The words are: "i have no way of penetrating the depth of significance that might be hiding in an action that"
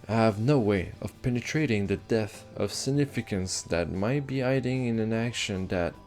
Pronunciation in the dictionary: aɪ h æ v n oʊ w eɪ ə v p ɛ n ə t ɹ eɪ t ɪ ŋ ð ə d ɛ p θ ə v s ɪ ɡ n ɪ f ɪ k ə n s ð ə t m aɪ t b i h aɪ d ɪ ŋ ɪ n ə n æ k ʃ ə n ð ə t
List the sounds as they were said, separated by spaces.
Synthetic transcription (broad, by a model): h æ v n oʊ w eɪ ə v p ɛ n ə t ɹ eɪ t ɪ ŋ ð ə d ɛ θ ə v s ɪ ɡ n ɪ f ɪ k ə n s ð ə t m aɪ t b i aɪ d ɪ ŋ ɪ n ə n æ k ʃ ə n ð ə t